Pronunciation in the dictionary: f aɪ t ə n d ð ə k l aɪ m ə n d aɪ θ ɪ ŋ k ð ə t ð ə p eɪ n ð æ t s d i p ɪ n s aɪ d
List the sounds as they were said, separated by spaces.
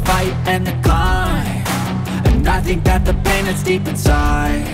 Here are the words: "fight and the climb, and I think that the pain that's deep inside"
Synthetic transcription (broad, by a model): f aɪ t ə n ð ə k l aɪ ə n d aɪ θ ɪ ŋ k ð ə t ð ə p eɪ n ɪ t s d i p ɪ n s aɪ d